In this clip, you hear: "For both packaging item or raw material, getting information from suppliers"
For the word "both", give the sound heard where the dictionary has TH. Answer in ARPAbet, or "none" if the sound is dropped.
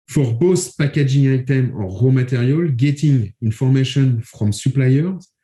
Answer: S